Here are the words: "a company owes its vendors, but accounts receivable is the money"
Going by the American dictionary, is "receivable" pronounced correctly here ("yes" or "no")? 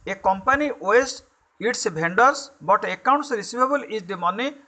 no